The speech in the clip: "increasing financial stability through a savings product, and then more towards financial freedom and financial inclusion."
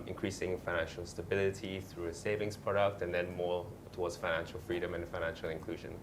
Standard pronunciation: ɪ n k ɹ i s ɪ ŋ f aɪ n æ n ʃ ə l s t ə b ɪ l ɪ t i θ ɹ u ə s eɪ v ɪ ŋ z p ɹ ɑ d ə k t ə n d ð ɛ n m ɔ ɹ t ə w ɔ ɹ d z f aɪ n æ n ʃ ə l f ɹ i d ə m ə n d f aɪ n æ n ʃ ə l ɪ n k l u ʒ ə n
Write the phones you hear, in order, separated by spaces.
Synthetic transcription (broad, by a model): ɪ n k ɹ i s ɪ ŋ f aɪ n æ n ʃ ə l s t ə b ɪ l ɪ t i θ ɹ u ə s eɪ v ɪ ŋ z p ɹ ɑ d ə k t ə n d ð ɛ n m ɔ ɹ t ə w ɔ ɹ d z f aɪ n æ n ʃ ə l f ɹ i d ə m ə n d f aɪ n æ n ʃ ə l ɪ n k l u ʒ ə n